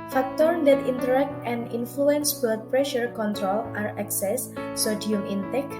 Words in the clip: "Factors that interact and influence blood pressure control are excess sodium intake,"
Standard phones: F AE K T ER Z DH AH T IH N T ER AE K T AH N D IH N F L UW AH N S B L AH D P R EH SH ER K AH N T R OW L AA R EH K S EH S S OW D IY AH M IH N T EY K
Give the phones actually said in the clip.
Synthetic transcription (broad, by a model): F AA K T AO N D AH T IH N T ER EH K T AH N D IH N F L UW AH N S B AH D P R EH SH ER K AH N T R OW L AA R EH K S EH S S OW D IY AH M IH N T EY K